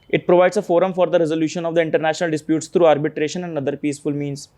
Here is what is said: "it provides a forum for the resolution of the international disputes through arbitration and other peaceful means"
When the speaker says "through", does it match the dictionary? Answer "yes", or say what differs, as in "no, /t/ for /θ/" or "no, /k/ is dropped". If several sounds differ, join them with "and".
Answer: no, /t/ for /θ/